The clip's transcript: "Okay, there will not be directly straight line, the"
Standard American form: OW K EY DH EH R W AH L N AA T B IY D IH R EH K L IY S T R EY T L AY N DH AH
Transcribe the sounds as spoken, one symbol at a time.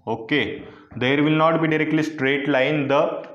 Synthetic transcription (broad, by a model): OW K EY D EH R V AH L N AA T B IY D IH R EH K L IY S T R EY T L AY N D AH